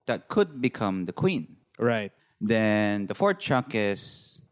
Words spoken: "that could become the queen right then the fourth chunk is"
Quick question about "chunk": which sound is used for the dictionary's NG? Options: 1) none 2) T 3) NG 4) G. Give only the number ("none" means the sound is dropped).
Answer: 1